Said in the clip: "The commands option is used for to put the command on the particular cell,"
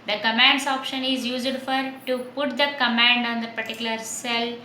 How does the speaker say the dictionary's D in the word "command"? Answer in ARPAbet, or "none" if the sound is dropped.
D